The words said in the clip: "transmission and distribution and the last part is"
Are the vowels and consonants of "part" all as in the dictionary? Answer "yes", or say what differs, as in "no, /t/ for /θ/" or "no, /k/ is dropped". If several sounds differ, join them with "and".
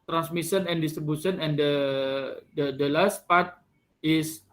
yes